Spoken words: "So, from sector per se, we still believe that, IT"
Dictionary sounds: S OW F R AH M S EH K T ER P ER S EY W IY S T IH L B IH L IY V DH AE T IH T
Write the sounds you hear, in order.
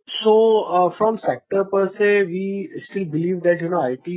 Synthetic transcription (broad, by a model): S OW F R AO M S EH K T ER P ER S EY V IY S T IH L B IH L IY V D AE T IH T